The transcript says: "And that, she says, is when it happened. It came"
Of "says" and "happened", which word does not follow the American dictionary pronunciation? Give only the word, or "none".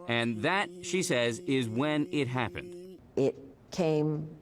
none